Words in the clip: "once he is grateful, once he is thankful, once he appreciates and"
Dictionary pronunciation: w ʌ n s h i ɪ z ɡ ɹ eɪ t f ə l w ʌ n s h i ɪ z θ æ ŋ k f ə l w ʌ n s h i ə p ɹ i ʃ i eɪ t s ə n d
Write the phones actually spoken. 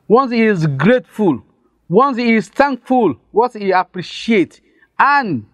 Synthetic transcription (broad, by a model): w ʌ n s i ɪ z ɡ ɹ eɪ t f ə l w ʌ n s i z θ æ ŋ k f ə l w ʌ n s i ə p ɹ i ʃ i eɪ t ə n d